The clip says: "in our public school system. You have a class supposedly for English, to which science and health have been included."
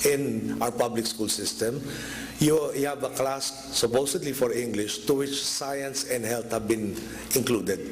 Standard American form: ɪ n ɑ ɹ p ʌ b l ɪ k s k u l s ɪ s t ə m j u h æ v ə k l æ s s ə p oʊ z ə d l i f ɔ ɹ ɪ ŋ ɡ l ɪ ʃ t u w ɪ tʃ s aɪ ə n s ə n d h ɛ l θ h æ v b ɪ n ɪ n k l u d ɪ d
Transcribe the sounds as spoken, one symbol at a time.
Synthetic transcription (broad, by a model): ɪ n ɑ ɹ p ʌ b l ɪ k s k u l s ɪ s t ə m j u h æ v ə k l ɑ s s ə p oʊ s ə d l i f ɔ ɹ ɪ ŋ ɡ l ɪ ʃ t u w ɪ tʃ s aɪ ə n s ə n d h ɛ l t h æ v b ɪ n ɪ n k l u d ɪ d